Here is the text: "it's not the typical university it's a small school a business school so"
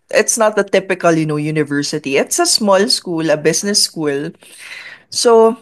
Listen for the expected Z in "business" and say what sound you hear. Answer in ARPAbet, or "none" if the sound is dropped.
S